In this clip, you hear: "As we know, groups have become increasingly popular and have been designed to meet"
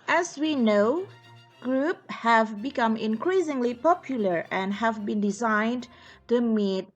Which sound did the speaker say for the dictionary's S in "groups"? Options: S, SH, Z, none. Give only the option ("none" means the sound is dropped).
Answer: none